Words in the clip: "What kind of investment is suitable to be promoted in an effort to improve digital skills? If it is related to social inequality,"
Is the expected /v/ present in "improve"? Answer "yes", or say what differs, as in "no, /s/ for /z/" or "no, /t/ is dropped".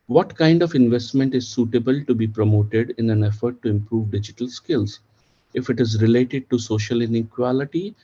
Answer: yes